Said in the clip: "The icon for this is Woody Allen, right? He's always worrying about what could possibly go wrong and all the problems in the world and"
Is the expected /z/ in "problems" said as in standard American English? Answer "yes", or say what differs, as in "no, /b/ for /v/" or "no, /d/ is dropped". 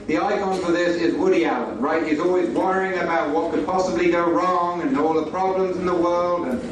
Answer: yes